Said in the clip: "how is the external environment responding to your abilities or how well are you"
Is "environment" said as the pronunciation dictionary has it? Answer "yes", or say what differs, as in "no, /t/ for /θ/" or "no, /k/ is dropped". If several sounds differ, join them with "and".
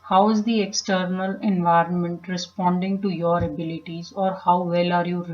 yes